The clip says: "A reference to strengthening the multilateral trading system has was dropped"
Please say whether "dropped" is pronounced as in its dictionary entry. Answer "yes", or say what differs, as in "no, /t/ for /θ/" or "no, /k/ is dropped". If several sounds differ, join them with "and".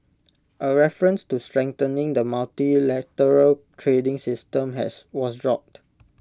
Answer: yes